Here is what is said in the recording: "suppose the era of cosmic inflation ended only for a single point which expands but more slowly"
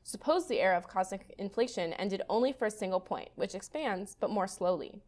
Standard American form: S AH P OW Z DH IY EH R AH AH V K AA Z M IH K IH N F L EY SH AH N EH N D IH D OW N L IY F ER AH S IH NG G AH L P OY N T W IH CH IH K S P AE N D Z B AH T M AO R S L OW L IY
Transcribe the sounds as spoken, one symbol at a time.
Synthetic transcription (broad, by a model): S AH P OW Z DH IY EH R AH AH V K AA Z M IH K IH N F L EY SH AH N EH N D IH D OW N L IY F ER AH S IH NG G L P OY N T W IH CH IH K S P AE N D Z B AH T M AO R S L OW L IY